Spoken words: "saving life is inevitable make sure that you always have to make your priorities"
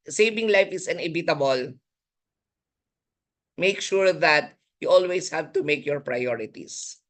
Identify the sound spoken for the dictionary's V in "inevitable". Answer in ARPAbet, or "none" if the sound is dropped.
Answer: B